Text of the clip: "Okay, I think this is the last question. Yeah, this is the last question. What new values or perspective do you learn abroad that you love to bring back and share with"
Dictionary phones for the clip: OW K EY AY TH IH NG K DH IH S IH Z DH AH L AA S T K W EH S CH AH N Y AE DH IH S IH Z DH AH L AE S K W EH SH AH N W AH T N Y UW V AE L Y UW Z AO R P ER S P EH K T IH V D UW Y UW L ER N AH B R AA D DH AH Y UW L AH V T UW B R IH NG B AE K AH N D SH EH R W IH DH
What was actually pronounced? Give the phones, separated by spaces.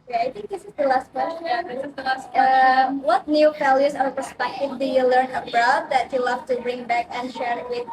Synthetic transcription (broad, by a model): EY AY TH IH NG K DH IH S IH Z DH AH L AA S T K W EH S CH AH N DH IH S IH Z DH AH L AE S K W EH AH W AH T N Y UW F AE L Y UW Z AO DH P ER S P EH K T IH V D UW Y UW L ER N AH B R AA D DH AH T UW L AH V T UW B R IH NG B AE K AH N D SH EH R W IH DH